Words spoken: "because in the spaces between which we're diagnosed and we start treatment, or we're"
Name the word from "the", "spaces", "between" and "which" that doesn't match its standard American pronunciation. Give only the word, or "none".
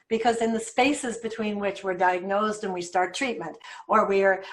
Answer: none